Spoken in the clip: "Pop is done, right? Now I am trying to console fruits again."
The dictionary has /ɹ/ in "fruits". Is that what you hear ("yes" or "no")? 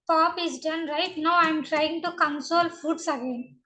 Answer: no